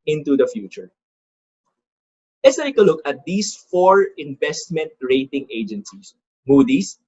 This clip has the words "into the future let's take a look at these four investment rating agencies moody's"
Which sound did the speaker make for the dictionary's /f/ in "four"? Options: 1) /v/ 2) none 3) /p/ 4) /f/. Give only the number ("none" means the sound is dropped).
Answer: 4